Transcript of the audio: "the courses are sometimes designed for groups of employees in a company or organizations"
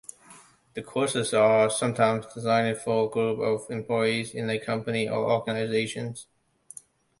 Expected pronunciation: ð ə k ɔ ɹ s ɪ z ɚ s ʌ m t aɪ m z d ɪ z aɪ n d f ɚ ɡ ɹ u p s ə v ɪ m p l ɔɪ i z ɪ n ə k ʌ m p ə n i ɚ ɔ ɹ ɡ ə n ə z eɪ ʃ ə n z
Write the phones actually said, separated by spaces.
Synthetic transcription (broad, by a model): ð ə k ɔ ɹ s ɪ z ɚ s ʌ m t aɪ m z d ɪ z aɪ n d f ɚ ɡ ɹ u p ə v ɪ m p l ɔɪ i z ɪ n ə k ʌ m p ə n i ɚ ɔ ɹ ɡ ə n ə z eɪ ʃ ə n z